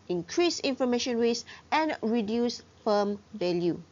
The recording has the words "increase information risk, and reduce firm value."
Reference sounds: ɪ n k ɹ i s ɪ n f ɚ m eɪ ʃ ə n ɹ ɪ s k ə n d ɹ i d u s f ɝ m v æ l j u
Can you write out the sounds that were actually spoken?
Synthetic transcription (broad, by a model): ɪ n k ɹ i s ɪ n f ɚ m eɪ ʃ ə n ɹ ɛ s ə n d ɹ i d u s f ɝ m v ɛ l j u